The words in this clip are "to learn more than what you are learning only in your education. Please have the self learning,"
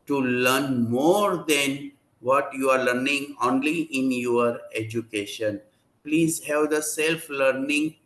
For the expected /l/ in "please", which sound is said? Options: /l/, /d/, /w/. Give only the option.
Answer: /l/